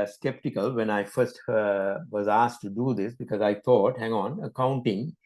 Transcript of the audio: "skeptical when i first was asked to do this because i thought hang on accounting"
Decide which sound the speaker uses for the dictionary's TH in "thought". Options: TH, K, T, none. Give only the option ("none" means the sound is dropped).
T